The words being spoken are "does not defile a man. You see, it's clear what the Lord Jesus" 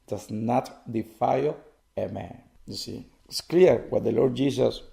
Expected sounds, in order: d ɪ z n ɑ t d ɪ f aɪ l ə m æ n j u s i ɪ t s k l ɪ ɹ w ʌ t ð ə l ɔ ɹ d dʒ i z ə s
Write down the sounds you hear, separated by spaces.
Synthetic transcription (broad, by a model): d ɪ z n ɑ t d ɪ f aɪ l ə m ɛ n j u s i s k l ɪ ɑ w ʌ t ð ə l ɔ ɹ d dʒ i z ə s